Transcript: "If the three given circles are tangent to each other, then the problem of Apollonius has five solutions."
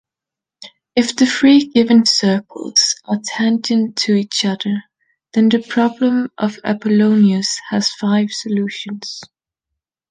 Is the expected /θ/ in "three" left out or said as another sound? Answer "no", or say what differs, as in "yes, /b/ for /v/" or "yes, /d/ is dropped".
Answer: yes, /f/ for /θ/